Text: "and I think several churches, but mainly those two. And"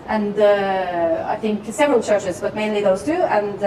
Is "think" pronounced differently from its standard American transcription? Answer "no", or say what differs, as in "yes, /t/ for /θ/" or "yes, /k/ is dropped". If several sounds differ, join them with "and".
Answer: no